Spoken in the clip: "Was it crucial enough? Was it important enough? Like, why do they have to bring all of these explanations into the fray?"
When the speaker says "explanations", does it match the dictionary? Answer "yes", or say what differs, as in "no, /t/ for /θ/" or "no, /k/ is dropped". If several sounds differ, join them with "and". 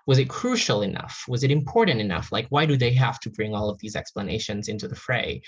yes